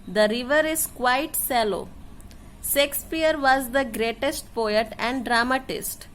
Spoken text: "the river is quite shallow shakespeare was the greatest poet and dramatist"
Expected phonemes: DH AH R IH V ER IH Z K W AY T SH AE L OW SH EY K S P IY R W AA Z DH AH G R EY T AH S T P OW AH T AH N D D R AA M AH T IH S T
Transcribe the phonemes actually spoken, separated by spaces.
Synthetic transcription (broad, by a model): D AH R IH V ER IH Z K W AY T S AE L OW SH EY K S P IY R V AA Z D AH G R EY T AH S T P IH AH T AH N D D R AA M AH T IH S T